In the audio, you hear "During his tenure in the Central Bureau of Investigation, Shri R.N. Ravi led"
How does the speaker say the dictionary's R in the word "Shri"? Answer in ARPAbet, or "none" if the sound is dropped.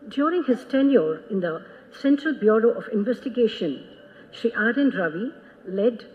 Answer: none